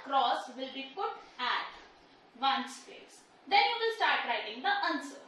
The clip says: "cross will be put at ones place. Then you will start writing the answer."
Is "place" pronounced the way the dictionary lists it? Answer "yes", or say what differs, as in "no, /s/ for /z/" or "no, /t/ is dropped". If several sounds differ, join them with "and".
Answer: no, /l/ is dropped